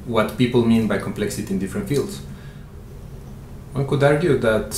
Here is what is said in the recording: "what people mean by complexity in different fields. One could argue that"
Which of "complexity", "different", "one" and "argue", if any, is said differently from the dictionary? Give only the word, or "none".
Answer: none